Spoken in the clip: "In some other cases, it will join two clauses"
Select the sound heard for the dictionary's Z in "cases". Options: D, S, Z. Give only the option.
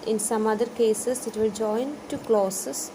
S